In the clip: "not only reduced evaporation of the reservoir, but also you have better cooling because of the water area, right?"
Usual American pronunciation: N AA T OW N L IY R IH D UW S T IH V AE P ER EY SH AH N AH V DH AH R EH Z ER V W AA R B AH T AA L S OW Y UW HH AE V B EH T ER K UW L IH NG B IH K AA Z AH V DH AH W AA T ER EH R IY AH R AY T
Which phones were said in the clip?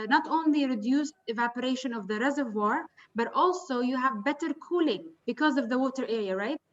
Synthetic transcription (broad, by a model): N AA T OW N L IY R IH D UW S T IH V AE P ER EY SH AH N AH V DH AH R EH Z ER V W AA R B AH T AA L S OW Y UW HH AE V B EH T ER K UW L IH NG B IH K AA Z AH V DH AH W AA T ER EH R IY AH R AY T